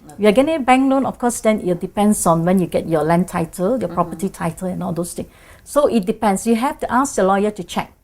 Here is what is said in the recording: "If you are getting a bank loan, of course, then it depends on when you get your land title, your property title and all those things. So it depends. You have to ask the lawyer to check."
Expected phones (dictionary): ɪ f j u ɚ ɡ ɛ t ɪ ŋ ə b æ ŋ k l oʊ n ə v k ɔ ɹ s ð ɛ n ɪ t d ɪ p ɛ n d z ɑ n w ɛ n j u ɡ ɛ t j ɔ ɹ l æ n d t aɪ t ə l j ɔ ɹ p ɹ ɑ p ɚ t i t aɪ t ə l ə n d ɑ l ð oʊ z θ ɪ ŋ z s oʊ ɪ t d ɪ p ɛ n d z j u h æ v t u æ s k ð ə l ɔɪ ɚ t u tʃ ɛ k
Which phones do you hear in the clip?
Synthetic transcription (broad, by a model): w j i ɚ ɡ ɛ t ɪ ŋ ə b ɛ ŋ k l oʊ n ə f k ɔ s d ɛ n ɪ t d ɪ p ɛ n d s ɑ n w ɛ n j u ɡ ɛ t j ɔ l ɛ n t aɪ t ə l j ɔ p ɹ ɑ p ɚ t i t aɪ t ə l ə n ɑ l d oʊ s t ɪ ŋ s oʊ ɪ t d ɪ p ɛ n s j u h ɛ f t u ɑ s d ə l ɔɪ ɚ t u tʃ ɛ k